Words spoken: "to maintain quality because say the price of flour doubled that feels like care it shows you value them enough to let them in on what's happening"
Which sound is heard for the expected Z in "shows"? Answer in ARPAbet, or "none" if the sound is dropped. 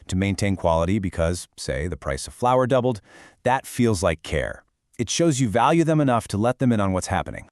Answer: Z